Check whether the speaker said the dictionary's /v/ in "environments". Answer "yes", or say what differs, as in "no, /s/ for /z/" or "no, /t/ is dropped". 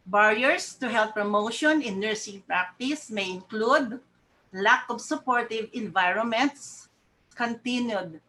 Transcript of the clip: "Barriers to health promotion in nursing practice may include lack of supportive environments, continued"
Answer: yes